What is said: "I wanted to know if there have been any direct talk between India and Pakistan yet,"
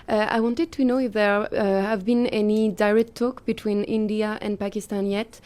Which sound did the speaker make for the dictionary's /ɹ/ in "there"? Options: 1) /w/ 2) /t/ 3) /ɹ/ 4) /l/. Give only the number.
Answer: 3